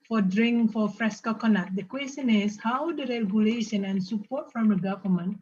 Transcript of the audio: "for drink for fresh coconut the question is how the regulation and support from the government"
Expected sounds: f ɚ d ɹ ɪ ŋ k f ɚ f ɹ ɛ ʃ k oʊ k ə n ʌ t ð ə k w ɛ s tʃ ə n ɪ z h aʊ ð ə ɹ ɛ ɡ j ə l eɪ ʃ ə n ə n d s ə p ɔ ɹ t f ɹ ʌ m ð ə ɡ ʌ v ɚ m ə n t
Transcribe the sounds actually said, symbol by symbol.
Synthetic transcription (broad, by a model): f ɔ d ɹ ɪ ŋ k f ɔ f ɹ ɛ s k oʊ k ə n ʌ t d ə k w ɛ s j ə n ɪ s h aʊ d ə ɹ ɛ ɡ j ə l eɪ ʃ ə n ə n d s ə p ɔ t f ɹ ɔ m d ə ɡ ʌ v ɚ m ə n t